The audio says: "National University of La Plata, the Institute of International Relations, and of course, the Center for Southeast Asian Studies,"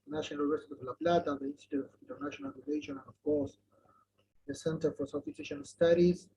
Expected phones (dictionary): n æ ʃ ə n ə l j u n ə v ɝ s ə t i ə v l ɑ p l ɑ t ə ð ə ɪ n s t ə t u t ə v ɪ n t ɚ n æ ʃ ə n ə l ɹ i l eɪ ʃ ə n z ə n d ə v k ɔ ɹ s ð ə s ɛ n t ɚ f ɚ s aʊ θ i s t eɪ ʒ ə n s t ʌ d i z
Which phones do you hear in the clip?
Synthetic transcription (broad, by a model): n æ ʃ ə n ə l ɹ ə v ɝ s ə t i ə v l ɑ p l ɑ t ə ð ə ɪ n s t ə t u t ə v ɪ n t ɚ n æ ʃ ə n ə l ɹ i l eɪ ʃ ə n ə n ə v k ɔ ɹ s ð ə s ɛ n t ɚ f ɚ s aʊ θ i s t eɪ ʃ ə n s t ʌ d i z